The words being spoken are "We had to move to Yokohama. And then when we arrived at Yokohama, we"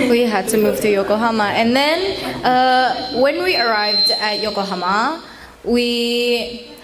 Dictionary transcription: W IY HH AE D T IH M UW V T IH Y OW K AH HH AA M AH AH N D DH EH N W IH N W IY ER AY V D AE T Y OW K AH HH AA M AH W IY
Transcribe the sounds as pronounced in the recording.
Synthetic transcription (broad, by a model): W IY HH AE D T IH M UW V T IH Y OW K AH HH AA M AH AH N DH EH N W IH N W IY ER AY V D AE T Y OW K AH HH AA M AH W IY